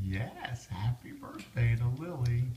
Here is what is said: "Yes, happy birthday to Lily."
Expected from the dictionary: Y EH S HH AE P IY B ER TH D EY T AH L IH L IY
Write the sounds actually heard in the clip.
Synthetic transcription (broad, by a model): Y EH S HH AE P IY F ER S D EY T AH L IH L IY